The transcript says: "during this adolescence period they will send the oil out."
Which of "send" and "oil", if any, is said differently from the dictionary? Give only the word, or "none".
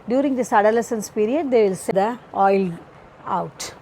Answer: send